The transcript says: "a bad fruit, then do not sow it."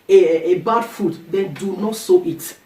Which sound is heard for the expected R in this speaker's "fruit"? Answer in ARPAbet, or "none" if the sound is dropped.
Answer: none